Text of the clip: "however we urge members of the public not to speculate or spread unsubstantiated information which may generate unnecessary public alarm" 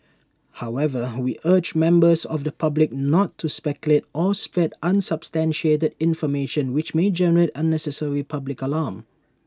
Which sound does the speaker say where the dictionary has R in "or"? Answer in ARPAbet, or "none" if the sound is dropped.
L